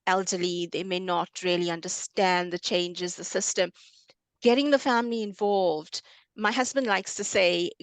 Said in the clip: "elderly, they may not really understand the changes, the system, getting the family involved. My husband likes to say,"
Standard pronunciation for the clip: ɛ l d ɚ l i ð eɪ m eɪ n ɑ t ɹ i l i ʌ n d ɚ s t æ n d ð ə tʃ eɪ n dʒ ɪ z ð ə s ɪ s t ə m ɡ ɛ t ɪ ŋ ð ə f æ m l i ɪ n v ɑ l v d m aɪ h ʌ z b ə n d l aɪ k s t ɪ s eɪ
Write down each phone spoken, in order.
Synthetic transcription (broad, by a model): ɛ l d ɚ l i ð eɪ m eɪ n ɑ t ɹ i l i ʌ n d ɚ s t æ n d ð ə tʃ eɪ n dʒ ɪ z ð ə s ɪ s t ə m ɡ ɛ t ɪ ŋ ð ə f æ m l i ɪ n v ɑ l v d m aɪ h ʌ z b ə n d l aɪ k s t ɪ s eɪ